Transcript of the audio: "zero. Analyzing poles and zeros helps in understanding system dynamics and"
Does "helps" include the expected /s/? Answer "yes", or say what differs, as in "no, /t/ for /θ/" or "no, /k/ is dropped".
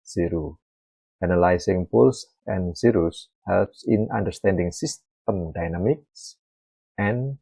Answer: yes